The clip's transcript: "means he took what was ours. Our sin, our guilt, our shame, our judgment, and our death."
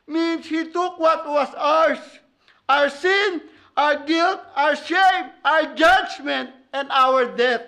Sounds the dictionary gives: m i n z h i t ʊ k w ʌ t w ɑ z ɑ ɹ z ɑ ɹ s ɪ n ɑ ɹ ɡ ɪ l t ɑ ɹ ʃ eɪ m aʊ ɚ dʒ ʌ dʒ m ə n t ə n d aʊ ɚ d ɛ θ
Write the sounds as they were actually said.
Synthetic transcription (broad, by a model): m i n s h i t ʊ k w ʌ t w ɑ s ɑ ɹ s ɑ ɹ s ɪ n ɑ ɹ ɡ ɪ l t ɑ ɹ ʃ eɪ m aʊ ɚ dʒ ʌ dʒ m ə n t ə n d aʊ ɚ d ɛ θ